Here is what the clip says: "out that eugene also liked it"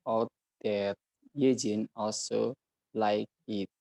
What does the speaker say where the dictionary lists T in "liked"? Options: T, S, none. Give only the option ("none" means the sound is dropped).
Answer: none